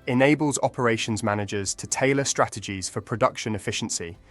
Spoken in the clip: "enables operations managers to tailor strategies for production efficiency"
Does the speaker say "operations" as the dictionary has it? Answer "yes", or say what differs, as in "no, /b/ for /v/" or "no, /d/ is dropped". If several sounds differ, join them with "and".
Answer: yes